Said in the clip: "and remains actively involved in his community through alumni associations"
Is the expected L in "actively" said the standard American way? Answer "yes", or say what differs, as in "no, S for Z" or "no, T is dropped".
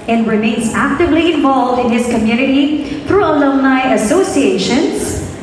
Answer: yes